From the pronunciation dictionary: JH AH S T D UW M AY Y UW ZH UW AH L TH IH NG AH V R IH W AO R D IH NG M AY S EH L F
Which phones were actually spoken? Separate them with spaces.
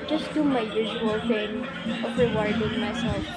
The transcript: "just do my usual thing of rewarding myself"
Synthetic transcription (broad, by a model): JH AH S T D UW M AY Y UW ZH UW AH L F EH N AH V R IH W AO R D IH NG M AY S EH L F